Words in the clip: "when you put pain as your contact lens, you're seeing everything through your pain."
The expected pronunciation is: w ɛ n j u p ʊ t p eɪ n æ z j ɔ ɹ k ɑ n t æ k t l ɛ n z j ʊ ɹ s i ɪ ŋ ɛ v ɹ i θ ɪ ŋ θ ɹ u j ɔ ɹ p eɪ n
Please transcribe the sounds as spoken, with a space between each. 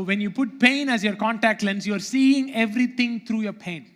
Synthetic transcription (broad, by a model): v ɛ n j u p ʊ t p eɪ n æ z j ɔ ɹ k ɑ n t æ k t l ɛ n s j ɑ ɹ s i ɪ ŋ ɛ v ɹ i t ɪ ŋ t ɹ u j ɔ ɹ p eɪ n